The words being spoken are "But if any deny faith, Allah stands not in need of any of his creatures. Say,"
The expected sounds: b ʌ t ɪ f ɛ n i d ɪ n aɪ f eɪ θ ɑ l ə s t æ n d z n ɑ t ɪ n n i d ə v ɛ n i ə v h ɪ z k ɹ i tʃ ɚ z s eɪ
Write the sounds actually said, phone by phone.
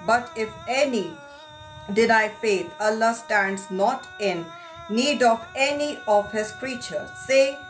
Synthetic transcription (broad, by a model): b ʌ t ɪ f ɛ n i d ɪ n aɪ f eɪ t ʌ l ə s t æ n d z n ɑ t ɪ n n i d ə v ɛ n i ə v h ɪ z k ɹ i tʃ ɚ s eɪ